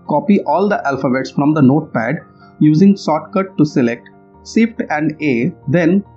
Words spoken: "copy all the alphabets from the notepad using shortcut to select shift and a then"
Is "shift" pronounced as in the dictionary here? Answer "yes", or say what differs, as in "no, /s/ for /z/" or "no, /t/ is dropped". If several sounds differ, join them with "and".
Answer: no, /s/ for /ʃ/